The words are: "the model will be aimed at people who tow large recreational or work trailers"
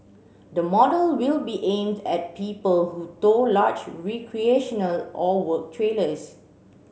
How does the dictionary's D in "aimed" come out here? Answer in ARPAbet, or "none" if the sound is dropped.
D